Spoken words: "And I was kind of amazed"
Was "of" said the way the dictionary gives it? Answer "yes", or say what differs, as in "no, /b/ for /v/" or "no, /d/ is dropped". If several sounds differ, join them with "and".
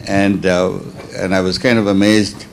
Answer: yes